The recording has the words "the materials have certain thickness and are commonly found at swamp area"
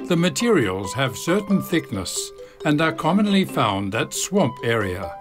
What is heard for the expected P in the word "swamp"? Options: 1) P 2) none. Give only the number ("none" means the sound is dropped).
1